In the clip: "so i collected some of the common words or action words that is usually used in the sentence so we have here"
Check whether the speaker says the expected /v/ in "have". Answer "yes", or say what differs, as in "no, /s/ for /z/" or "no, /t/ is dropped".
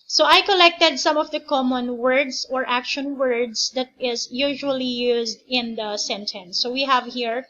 yes